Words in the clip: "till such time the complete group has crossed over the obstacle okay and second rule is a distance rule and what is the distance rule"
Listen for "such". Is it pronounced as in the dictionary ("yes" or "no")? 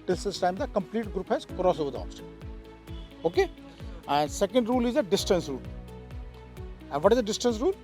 no